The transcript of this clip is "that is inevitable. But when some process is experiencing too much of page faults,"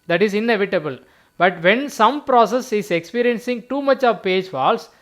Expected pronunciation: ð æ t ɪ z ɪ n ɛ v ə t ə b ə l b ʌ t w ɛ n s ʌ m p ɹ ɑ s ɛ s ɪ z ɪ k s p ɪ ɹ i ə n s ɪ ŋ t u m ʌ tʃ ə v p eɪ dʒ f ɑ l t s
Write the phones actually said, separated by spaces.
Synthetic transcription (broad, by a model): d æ t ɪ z ɪ n ɛ v ə t ə b ə l b ʌ t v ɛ n s ʌ m p ɹ ɑ s ɛ s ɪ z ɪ k s p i ɹ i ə n s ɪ ŋ t u m ʌ tʃ ə v p eɪ dʒ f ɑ l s